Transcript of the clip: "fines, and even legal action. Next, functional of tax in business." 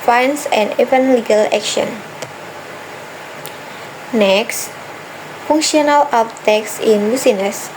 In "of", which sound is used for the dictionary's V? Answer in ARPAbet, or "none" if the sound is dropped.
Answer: P